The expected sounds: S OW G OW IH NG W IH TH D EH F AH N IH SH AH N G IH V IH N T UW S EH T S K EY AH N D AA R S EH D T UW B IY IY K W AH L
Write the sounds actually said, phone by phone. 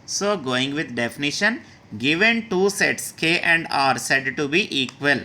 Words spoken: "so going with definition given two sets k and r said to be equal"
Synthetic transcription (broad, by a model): S OW G OW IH NG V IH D D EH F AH N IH SH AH N G IH V IH N T UW S EH T S K EY AH N D AA R S EH D T UW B IY IY K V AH L